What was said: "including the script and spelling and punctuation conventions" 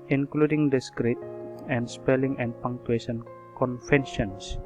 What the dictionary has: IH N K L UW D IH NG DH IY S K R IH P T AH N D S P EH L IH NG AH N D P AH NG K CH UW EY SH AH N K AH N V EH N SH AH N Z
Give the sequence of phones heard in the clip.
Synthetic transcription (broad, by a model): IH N K L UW D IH NG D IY S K R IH T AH N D S P EH L IH NG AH N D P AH NG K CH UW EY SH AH N K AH N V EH N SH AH N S